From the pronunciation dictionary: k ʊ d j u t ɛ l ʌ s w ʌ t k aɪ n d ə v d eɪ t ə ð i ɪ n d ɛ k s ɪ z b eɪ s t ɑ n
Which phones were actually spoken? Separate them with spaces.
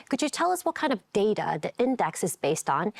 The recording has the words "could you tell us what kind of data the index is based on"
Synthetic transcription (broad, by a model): k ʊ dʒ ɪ t ɛ l ʌ s w ʌ t k aɪ n d ə v d eɪ t ə ð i ɪ n d ɛ k s ɪ z b eɪ s t n